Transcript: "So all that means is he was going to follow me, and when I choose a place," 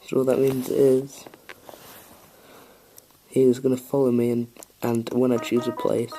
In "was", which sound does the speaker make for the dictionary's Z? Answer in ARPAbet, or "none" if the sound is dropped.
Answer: Z